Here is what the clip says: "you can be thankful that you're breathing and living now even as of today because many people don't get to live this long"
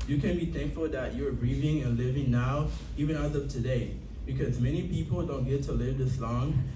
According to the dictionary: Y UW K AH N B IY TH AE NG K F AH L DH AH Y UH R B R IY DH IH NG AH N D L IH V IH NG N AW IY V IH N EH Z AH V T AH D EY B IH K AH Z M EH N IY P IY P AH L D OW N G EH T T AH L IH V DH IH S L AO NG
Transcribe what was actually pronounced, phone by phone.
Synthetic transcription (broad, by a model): Y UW K AH N B IY TH AE NG K F AH L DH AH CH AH R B R IY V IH NG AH N L IH V IH NG N AW IY V IH N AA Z AH V T AH D EY B IH K AH Z M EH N IY P IY P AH L D OW N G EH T T AH L IH V DH IH S L AO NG